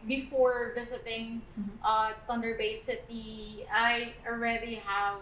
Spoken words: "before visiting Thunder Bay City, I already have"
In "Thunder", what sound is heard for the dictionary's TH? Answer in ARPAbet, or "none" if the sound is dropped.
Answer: T